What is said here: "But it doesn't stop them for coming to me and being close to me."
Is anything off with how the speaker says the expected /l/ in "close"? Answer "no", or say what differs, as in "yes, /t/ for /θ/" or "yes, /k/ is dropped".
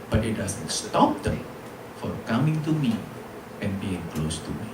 no